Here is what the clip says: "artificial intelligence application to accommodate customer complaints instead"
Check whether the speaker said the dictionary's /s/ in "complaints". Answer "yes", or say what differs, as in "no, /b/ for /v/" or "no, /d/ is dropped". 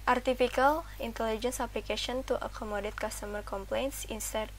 yes